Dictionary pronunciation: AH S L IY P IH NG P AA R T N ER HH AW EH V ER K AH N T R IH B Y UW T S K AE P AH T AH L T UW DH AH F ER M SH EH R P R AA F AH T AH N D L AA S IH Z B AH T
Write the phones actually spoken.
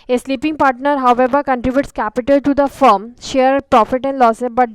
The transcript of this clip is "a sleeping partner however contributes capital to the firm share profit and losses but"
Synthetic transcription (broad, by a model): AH S L IY P IH NG P AA R T N ER HH AW EH V ER K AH N T R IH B Y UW T S K AE P AH T AH L T UW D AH F ER M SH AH R P R AA F AH T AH N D L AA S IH B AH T